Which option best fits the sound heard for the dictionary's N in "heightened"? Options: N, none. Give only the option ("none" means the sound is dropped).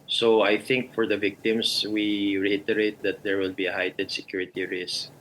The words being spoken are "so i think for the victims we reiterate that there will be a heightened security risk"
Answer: none